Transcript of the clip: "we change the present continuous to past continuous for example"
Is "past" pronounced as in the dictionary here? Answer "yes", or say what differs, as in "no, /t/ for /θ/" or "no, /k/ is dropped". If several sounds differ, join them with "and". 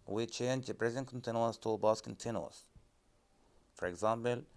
no, /b/ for /p/